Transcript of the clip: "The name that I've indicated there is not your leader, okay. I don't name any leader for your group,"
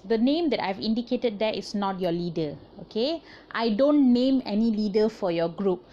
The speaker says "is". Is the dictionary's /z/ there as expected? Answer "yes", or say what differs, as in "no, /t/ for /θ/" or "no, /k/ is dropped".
no, /s/ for /z/